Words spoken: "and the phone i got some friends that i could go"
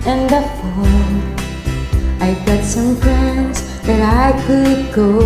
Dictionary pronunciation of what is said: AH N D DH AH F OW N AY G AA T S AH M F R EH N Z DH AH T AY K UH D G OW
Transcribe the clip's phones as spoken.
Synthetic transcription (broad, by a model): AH N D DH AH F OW AY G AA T S AH M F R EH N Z DH AH T AY K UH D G OW